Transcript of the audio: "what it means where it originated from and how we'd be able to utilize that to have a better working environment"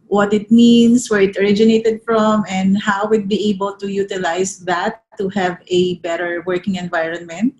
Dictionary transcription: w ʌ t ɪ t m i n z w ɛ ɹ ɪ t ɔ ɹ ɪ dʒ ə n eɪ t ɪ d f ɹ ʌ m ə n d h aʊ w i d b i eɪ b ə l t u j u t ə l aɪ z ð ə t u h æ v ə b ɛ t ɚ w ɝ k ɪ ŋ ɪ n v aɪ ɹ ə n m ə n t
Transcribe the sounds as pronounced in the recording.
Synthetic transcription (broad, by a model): w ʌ t ɪ t m i n s w ɛ ɹ ɪ t ɔ ɹ ɪ dʒ ə n eɪ t ɪ d f ɹ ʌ m ə n d h aʊ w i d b i eɪ b ə l t u j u t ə l aɪ s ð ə t u h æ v ə b ɛ t ɚ w ɝ k ɪ ŋ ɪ n v aɪ ɹ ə n m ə n t